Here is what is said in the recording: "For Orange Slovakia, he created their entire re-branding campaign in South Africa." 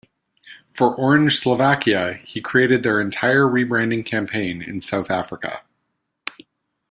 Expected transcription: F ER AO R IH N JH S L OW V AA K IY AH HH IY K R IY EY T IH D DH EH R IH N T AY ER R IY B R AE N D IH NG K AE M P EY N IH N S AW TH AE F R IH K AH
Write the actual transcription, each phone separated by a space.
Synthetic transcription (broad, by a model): F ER AO R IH N ZH S L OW V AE K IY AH HH IY K R IY EY T IH D DH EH R IH N T AY ER R IY B R AE N D IH NG K AE M P EY N IH N S AW TH AE F R IH K AH